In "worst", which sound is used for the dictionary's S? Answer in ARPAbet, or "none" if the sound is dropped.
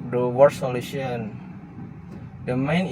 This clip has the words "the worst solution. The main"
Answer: none